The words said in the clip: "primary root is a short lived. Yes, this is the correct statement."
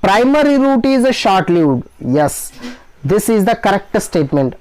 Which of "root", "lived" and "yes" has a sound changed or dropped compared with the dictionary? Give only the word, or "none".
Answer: lived